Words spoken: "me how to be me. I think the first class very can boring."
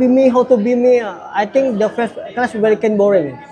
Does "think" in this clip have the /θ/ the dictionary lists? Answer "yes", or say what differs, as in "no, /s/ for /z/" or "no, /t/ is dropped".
no, /t/ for /θ/